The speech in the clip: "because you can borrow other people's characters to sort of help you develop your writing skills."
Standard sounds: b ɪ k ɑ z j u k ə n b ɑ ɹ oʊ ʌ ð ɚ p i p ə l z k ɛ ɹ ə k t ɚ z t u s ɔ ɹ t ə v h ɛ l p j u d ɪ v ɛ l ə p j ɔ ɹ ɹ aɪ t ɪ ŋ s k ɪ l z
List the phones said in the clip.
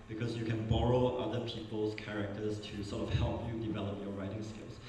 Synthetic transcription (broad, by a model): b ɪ k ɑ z j u k ə n b ɑ ɹ oʊ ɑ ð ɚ p i p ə l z k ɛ ɹ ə k t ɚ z t u s ɔ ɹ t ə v h ɛ l p j u d ɪ v ɛ l ə p j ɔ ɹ ɹ aɪ t ɪ ŋ s k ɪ l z